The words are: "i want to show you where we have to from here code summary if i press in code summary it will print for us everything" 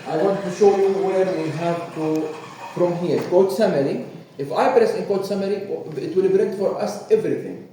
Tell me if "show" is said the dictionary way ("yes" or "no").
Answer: yes